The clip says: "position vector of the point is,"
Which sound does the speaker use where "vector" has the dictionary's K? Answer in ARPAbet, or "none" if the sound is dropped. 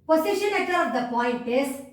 none